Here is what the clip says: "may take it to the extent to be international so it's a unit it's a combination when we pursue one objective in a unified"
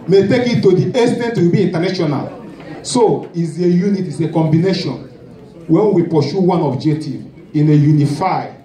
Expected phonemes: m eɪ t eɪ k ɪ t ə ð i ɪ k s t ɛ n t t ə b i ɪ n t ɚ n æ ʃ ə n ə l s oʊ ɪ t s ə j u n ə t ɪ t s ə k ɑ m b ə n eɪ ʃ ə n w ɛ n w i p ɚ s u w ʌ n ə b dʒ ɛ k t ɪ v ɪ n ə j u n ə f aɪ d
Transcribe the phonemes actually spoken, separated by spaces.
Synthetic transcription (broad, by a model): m eɪ t eɪ k ɪ t ə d i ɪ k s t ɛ n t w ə b i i n t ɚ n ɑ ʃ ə n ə l s oʊ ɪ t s ə j u n ə t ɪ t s ə k ɑ m b ə n eɪ ʃ ə n w ɛ n w i p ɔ ʃ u w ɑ n ə b dʒ ɛ k t ɪ v ɪ n ə j u n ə f aɪ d